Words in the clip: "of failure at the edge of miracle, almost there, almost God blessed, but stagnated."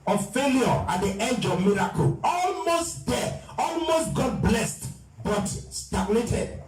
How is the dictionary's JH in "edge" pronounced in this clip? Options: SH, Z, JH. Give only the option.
JH